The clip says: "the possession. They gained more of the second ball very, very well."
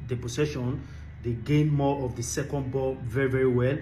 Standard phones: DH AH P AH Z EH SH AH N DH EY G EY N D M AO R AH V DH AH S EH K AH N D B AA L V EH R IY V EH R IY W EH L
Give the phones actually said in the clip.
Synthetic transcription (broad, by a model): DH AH P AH S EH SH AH N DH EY G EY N M AO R AH V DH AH S EH K AH N D B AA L V EH R IY V EH R IY W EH L